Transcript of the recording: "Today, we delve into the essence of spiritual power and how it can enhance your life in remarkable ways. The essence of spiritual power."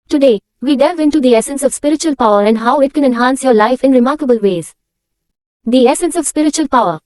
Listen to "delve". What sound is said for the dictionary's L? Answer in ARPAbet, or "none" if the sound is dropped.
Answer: none